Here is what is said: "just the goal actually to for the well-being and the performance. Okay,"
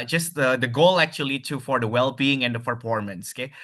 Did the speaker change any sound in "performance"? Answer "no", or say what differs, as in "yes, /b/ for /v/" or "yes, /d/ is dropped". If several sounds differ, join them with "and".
yes, /p/ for /f/